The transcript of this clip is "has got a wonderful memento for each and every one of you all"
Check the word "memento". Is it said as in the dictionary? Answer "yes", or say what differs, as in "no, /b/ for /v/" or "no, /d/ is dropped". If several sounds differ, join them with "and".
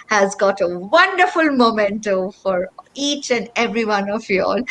yes